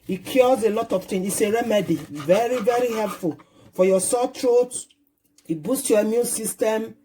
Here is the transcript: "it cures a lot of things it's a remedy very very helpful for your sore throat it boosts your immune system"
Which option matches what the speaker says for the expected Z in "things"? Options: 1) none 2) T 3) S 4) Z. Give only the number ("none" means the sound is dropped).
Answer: 1